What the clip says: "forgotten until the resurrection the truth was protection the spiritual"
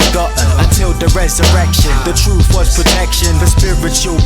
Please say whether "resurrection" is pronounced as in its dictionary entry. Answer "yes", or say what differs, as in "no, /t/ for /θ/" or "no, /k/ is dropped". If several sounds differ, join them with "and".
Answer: yes